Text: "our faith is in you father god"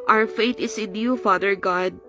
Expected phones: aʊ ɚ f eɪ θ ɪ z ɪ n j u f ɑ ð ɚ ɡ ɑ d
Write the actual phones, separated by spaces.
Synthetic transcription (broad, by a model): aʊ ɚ f eɪ t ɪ s ɪ n j u f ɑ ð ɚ ɡ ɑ d